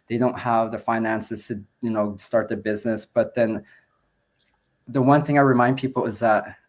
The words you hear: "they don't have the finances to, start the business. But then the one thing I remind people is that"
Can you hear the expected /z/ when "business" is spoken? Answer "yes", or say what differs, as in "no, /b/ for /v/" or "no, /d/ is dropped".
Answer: yes